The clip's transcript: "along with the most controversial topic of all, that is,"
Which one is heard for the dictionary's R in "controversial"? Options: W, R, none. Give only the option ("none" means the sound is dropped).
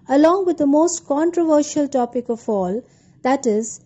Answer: R